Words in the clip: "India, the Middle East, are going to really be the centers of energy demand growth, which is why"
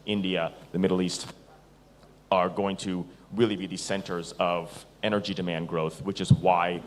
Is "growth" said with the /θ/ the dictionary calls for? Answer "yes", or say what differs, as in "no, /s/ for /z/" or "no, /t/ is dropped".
yes